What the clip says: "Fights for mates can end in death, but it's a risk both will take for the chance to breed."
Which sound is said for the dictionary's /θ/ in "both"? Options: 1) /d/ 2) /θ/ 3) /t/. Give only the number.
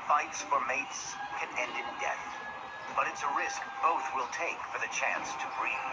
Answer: 2